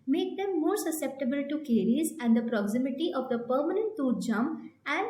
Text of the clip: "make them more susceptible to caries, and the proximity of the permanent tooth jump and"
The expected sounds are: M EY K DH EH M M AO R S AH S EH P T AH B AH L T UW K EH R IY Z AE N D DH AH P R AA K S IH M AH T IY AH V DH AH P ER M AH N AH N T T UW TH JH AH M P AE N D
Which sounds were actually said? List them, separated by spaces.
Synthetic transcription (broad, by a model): M EY K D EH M M AO R S AH S EH P T AH B AH L T UW K EH R IY Z AE N D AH P R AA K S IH M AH T IY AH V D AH P ER M AH N AH N T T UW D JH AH M AE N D